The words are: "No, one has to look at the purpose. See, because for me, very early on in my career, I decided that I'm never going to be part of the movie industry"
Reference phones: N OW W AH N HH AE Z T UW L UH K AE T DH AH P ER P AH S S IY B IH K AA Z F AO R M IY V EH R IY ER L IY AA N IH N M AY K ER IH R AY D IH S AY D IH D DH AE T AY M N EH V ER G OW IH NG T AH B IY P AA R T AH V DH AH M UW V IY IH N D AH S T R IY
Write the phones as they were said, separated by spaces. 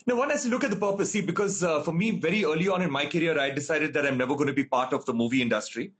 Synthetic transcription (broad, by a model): N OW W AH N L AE S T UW L UH K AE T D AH P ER P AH S S IY B IH K AA Z F AO R M IY V EH R IY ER L IY AA N IH N M AY K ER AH R AY D IH S AY D IH D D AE T AY M N EH V ER G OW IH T B IY P AA R T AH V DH AH M UW V IY IH N D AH S T R IY